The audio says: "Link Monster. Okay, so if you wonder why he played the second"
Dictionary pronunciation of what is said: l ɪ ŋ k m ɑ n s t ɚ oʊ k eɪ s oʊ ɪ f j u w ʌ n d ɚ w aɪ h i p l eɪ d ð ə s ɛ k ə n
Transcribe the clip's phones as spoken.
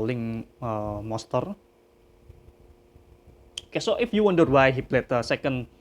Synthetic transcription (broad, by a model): l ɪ ŋ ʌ m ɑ s t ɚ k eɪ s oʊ ɪ f j u w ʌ n d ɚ w aɪ h i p l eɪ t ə s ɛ k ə n